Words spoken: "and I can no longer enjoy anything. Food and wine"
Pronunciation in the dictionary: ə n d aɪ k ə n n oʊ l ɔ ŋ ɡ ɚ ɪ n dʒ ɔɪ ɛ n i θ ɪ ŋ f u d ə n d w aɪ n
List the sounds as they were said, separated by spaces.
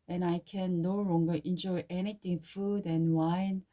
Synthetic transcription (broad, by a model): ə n aɪ k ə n n oʊ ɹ ɔ ŋ ɡ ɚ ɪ n dʒ ɔɪ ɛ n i t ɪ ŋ f u d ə n w aɪ n